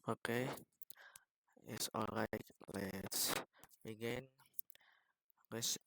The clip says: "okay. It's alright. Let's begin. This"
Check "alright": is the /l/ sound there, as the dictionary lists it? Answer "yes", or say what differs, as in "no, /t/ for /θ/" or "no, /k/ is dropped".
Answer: yes